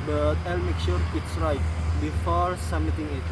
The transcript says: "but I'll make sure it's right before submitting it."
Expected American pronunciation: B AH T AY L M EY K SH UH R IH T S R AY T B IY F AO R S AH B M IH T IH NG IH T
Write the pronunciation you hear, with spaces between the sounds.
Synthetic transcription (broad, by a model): B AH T AY L M EY K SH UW R IH T S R AY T B IY F AO R S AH M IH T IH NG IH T